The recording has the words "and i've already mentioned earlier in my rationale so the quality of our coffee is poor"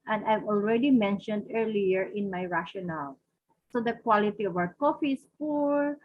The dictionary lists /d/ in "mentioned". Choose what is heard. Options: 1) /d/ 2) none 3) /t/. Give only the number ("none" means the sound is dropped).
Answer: 1